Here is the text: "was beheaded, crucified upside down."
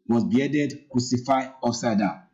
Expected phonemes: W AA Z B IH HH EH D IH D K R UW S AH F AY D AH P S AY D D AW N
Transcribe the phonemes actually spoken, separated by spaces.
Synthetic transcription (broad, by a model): W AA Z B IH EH D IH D K R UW S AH F AY AO S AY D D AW